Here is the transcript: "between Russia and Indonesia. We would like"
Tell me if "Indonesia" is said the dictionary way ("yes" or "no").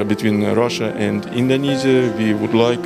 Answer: no